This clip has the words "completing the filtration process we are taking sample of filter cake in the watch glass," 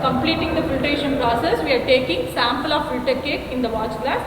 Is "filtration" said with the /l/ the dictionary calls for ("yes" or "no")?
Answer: no